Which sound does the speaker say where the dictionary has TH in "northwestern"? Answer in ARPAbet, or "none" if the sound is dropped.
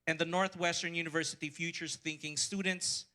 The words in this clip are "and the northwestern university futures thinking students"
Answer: TH